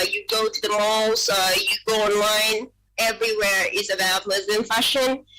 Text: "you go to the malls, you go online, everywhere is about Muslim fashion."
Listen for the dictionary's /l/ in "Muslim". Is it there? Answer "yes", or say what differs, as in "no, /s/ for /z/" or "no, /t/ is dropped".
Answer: no, /l/ is dropped